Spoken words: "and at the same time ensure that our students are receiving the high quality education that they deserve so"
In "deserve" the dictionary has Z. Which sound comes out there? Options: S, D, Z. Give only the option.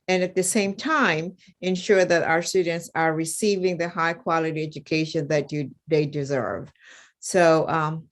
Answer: Z